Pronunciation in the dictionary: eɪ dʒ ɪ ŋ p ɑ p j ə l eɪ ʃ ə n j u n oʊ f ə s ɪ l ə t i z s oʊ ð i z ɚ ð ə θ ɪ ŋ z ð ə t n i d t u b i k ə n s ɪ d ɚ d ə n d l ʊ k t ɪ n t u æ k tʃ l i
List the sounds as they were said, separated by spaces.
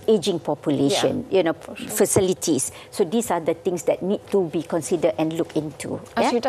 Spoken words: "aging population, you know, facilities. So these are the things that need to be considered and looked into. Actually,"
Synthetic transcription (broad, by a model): eɪ dʒ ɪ ŋ p ɑ p j ə l eɪ ʃ ə n j u n oʊ f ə s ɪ l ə t i s oʊ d i s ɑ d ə t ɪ ŋ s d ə t n i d t u b i k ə n s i d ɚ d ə n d l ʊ k ɪ n t u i